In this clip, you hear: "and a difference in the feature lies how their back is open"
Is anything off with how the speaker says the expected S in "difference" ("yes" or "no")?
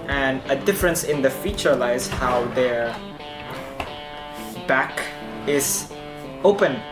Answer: no